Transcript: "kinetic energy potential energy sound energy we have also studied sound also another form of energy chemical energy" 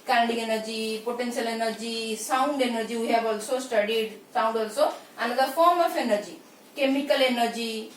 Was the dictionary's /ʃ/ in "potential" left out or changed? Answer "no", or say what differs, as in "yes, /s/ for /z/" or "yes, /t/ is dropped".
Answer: yes, /s/ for /ʃ/